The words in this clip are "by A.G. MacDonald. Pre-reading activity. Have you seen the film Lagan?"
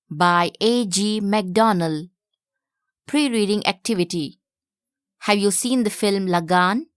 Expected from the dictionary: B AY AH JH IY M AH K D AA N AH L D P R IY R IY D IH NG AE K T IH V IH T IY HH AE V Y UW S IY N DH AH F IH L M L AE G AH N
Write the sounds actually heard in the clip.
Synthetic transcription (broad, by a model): B AY AH JH IY M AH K D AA N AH L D P R IY R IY D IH NG AE K T IH V IH T IY HH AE V Y UW S IY N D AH F IH L M L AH G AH N